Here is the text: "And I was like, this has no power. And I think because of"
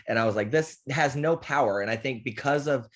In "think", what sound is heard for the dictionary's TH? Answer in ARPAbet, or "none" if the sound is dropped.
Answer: TH